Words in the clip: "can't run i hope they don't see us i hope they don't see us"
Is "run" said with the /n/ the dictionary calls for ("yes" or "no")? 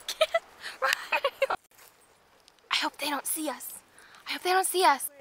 no